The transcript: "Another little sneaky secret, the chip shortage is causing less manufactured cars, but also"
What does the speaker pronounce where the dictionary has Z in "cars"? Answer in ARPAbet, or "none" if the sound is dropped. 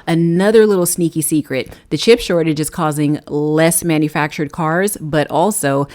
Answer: Z